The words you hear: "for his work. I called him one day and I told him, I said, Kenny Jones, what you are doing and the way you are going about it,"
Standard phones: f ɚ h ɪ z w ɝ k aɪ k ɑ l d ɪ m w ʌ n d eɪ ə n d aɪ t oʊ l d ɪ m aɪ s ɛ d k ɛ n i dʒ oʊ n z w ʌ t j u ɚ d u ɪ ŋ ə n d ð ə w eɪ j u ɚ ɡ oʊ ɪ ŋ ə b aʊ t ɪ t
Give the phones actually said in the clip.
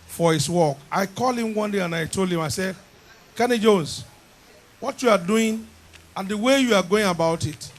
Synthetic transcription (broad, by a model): f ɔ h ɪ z w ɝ k aɪ k ɑ l ɪ m w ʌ n d eɪ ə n aɪ t oʊ l d ɪ m aɪ s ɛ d k ɛ n i dʒ oʊ n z w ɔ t j u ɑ d u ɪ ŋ ə n d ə w eɪ j u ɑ ɡ oʊ ɪ ŋ ə b aʊ t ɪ t